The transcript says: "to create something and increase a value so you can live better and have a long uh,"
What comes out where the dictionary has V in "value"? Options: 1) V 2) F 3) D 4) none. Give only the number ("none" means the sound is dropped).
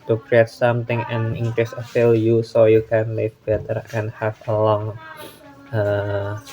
2